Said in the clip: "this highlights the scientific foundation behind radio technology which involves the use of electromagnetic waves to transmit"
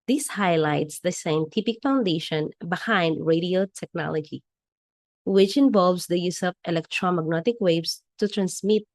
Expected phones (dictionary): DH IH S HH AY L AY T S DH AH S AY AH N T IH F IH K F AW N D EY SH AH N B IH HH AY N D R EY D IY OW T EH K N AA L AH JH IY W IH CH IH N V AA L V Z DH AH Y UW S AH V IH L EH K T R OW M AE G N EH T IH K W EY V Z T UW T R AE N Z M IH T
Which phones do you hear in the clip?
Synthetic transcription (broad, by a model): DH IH S HH AY L AY T S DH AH S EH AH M T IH P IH K F AW N D EY SH AH N B IH HH AY N D R EY D IY OW T EH K N AA L AH JH IY W IH CH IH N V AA L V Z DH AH Y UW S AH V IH L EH K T R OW M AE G N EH T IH K W EY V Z T UW T R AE N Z M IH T